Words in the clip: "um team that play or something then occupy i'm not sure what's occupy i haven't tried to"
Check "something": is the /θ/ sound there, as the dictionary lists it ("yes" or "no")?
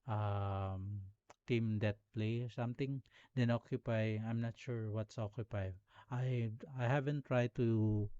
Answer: no